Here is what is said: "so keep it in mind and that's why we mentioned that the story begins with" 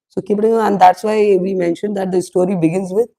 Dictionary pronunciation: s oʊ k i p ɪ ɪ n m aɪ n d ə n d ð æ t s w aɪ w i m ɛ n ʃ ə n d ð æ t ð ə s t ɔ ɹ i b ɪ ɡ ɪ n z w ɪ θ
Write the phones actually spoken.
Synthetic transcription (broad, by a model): s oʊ k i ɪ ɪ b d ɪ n ə n d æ t s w aɪ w i m ɛ n ʃ ə n d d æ t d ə s t ɔ ɹ i b ɪ ɡ ɪ n z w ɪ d